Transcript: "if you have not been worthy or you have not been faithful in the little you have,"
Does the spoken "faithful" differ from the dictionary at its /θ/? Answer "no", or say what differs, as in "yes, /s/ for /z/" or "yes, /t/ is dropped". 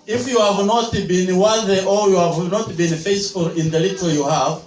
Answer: yes, /s/ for /θ/